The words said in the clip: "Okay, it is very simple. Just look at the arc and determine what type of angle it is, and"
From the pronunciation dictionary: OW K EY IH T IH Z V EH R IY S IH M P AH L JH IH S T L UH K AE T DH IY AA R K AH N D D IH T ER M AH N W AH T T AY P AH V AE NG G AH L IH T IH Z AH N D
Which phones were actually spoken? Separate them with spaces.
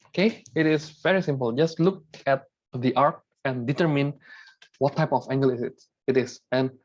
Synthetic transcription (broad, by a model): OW K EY IH T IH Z V EH R IY S IH M P AH L JH IH S T L UH K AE T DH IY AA R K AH N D D IH T ER M AH N W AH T T AY P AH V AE NG G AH L IH T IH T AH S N